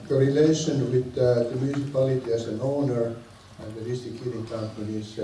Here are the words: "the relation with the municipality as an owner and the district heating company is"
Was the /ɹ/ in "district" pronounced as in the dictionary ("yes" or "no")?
no